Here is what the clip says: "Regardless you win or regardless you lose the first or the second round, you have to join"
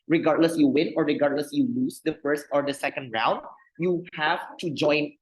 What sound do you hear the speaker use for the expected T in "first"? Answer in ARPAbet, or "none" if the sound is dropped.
T